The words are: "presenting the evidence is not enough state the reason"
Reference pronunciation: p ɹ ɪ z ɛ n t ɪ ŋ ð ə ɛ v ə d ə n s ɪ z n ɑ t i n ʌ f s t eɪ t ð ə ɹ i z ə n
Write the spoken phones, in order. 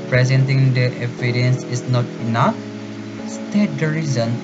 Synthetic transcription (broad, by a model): p ɹ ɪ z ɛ n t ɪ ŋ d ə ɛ p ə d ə n s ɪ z n ɑ t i n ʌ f s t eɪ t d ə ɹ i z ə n